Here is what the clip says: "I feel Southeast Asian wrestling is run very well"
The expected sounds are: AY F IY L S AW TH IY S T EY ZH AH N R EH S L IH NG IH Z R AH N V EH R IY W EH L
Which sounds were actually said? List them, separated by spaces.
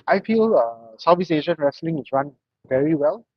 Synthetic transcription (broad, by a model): AY F IY L S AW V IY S EY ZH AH N R EH S L IH NG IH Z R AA N V EH R IY W EH L